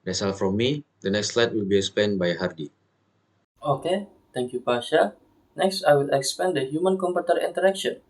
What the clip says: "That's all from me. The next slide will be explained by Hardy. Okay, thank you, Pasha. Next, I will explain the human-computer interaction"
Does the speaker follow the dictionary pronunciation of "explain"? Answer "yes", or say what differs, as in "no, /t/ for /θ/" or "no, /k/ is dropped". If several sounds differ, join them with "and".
no, /l/ is dropped